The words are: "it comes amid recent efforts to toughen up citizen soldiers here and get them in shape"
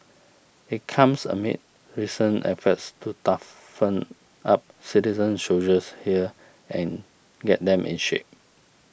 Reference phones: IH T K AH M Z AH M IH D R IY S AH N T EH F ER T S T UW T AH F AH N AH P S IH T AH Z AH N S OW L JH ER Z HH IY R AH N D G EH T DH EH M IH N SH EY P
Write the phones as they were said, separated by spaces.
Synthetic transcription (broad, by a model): IH T K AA M S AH M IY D R IY S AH N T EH F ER T S T UW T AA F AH N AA P S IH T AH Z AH N SH OW JH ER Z HH IY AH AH N G EH T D EH M IH N SH EY P